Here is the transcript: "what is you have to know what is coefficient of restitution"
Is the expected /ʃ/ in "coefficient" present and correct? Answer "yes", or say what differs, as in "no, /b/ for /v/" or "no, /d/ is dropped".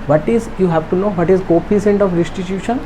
no, /s/ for /ʃ/